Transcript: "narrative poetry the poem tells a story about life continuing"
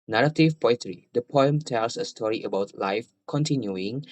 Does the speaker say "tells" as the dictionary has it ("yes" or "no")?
no